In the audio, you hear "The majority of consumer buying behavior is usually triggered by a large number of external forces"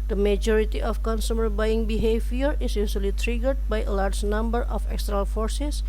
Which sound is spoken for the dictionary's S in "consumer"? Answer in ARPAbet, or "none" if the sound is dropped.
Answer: S